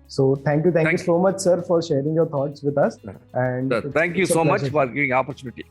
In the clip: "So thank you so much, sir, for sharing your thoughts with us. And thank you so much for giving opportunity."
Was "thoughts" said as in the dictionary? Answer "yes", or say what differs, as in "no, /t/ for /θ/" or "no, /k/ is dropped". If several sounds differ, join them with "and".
no, /t/ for /θ/